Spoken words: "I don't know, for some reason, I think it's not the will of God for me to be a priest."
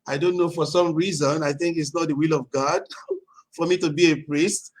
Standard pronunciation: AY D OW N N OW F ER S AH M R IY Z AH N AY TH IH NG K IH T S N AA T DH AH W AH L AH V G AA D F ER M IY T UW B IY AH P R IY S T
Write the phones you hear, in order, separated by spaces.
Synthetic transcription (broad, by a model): AY D OW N N OW F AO S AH M R IY Z AH N AY TH IH NG K IH T S N AA T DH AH W AH L AH V G AA D F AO M IY T UW B IY AH P R IY S T